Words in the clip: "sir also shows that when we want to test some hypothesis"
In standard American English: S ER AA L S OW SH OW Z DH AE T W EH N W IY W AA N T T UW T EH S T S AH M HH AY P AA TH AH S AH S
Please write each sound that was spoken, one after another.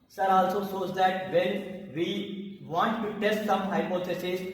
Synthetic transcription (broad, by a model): S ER AA L S OW S OW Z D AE T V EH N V IY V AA N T T UW T EH S T S AH M HH AY P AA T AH S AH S